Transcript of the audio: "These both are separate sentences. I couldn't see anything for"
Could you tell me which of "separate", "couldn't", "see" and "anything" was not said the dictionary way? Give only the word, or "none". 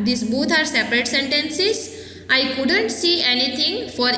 anything